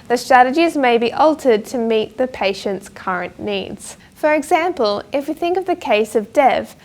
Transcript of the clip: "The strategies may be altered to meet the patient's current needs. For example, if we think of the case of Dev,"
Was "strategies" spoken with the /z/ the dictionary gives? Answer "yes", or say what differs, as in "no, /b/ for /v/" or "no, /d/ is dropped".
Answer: yes